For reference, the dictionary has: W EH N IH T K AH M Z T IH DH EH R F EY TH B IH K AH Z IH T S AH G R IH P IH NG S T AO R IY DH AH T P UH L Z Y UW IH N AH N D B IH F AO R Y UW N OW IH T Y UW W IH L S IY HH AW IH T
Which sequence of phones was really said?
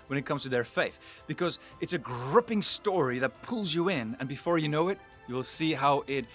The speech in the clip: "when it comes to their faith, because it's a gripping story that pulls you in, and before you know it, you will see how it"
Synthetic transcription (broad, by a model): W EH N IH T K AH M Z T IH DH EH R F EY TH B IH K AH Z IH T S AH G R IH P IH NG S T AO R IY DH AH T P UH L Z Y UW IH N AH N B IH F AO R Y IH N OW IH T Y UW W IH L S IY HH AW IH T